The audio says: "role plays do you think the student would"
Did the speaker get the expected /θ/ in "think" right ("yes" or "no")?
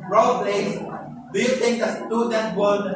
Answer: no